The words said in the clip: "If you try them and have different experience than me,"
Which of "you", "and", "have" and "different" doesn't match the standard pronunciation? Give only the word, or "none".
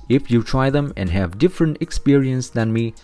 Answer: none